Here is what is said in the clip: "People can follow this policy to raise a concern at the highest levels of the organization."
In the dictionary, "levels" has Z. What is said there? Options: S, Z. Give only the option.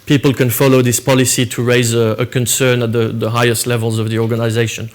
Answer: Z